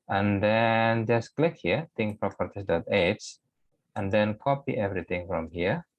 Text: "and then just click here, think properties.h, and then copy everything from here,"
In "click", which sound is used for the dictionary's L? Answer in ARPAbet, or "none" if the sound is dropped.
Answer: L